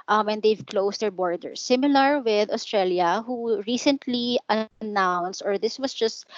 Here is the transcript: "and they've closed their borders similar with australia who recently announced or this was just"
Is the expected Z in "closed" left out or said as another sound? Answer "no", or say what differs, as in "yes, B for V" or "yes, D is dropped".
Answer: yes, S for Z